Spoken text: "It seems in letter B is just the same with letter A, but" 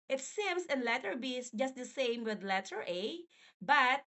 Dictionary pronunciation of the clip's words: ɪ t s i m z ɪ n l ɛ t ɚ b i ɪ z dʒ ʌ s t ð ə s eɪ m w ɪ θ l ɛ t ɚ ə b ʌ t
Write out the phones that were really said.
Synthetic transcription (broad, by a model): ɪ t s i m s ɪ n l ɛ t ɚ b i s dʒ ʌ s t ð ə s eɪ m w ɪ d l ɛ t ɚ ə b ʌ t